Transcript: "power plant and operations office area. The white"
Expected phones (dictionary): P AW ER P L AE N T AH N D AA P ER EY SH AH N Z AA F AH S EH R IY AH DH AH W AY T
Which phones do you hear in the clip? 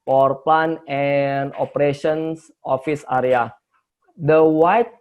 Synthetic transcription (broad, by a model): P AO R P L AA N AH N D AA P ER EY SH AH N S AA F AH S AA R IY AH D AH W AY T